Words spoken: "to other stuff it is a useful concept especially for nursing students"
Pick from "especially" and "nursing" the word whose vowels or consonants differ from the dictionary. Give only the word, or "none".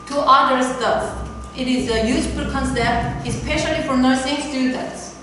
none